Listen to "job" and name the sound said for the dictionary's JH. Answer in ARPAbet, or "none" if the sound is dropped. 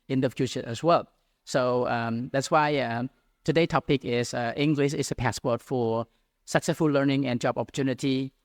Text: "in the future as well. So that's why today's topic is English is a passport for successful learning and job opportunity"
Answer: JH